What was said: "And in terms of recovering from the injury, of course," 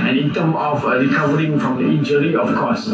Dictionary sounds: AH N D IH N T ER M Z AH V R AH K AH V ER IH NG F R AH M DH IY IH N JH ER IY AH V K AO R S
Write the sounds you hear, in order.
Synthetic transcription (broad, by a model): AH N IH N T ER M AH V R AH K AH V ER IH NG F R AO M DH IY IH N JH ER IY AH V K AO S